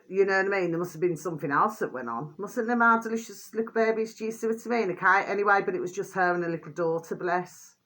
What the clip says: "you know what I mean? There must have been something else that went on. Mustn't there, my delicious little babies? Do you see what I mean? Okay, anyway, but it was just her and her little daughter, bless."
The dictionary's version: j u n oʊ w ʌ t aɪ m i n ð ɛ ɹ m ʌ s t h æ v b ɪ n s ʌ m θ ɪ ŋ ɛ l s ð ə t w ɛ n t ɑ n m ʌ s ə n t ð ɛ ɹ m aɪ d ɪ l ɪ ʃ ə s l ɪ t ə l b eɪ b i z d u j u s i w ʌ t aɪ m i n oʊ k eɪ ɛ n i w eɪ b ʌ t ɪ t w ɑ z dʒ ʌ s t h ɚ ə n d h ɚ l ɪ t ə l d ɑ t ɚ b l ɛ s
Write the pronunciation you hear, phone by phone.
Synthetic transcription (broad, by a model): j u n oʊ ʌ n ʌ m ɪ n ð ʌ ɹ m ʌ s t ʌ v b ɪ n s ʌ m θ ɪ ŋ ɛ l s ð ə t w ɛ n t n m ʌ s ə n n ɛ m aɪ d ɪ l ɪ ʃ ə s l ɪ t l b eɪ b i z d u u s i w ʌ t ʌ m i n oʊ k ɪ ɛ n i w eɪ b ʌ t ɪ t w ɑ z dʒ ʌ s t h ɚ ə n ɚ l ɪ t l d ɑ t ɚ b l ɛ s